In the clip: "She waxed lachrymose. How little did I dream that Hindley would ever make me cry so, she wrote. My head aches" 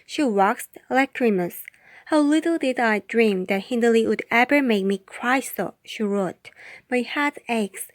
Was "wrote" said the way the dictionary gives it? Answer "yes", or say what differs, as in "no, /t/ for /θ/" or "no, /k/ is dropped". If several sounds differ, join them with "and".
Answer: yes